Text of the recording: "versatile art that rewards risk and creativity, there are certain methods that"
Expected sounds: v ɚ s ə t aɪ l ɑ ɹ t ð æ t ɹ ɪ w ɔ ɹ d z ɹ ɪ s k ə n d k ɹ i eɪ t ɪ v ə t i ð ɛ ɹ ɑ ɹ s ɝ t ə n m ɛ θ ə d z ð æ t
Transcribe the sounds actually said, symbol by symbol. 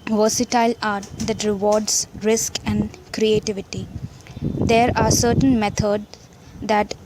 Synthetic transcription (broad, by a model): v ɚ s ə t aɪ l ɑ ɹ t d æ t ɹ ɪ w ɔ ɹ d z ɹ ɪ s k ə n d k ɹ i eɪ t ɪ v ə t i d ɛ ɹ ɑ ɹ s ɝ t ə n m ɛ t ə d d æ t